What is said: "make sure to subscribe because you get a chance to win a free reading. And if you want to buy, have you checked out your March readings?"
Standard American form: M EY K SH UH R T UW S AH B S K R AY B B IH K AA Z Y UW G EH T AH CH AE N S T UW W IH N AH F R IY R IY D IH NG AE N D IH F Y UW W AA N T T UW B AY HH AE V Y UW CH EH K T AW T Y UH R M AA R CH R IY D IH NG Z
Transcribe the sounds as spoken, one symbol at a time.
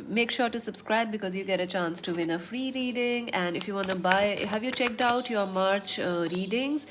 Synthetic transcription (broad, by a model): M EY K SH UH R T UW S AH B S K R AY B B IH K AA Z Y UW G EH T AH CH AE N S T UW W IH N AH F R IY R IY D IH NG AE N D IH F Y UW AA N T T UW B AY HH AE V Y UW CH EH K T AW T Y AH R M AA R CH R IY D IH NG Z